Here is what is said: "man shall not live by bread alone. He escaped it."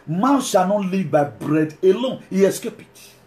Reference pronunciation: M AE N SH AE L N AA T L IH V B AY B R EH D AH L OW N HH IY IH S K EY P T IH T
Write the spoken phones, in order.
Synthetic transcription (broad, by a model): M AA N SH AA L N AA T L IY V B AY B R EH D AH L OW N HH IY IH S K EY P IH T